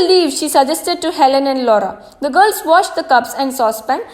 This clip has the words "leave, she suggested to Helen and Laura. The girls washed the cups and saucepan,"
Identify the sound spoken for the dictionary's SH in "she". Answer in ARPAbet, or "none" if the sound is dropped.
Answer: SH